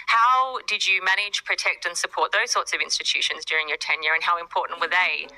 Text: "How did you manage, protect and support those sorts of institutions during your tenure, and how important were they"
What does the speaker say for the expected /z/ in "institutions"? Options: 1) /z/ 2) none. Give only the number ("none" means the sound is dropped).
1